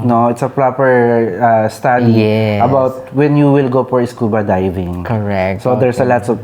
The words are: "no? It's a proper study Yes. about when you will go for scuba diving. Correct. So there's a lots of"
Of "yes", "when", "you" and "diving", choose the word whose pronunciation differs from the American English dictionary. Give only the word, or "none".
yes